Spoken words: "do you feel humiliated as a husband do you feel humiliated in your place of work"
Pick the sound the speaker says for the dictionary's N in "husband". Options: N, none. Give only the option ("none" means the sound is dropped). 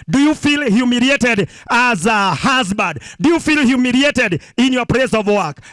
none